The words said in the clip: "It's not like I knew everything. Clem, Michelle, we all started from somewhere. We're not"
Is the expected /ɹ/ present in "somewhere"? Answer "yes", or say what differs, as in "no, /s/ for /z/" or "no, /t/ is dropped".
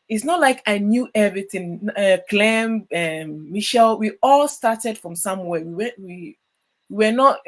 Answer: no, /w/ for /ɹ/